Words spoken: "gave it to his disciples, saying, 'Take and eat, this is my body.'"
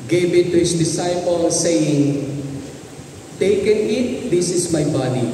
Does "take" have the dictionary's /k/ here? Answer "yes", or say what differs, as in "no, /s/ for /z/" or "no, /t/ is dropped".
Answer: yes